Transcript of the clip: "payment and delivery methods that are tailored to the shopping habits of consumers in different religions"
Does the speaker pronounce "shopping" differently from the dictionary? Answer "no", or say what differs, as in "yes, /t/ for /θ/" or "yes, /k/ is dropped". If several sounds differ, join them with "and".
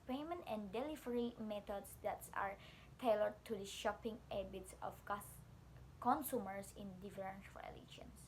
no